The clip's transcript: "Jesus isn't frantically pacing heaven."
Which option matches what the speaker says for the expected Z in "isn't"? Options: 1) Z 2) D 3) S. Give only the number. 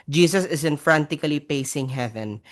3